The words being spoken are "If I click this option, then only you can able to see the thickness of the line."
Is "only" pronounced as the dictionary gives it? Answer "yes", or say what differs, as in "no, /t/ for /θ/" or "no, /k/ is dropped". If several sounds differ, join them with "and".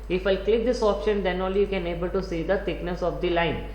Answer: no, /n/ is dropped